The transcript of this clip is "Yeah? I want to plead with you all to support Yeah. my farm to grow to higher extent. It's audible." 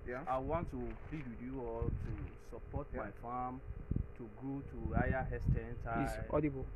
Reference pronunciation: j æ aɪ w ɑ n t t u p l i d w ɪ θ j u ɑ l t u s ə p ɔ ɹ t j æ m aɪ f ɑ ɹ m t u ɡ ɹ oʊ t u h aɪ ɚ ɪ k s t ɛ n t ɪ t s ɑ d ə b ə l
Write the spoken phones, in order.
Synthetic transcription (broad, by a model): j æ aɪ w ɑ n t t u p l i d w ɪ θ j u ɑ l t u s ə p ɔ t m aɪ f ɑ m t u ɡ ɹ oʊ t u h aɪ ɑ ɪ s t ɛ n t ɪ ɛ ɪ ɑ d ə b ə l